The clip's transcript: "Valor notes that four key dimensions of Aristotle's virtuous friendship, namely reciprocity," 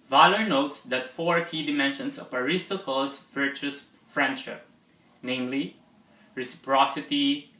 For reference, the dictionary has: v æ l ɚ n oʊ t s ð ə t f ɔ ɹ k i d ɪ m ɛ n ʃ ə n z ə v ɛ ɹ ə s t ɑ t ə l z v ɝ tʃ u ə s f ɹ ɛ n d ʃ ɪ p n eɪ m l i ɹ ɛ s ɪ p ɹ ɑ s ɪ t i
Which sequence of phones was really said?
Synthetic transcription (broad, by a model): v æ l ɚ n oʊ t s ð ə t f ɔ ɹ k i d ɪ m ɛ n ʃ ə n s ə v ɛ ɹ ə s t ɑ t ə l s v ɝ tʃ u s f ɹ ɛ n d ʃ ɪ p n eɪ m l i ɹ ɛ s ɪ p ɹ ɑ s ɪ t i